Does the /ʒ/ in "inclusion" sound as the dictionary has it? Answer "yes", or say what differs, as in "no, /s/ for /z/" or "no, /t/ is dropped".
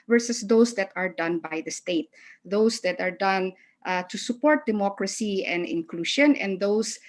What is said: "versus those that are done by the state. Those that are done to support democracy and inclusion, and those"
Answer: no, /ʃ/ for /ʒ/